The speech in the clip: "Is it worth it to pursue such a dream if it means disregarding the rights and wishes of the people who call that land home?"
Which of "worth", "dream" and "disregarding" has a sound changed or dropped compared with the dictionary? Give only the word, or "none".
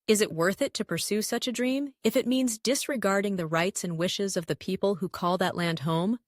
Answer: none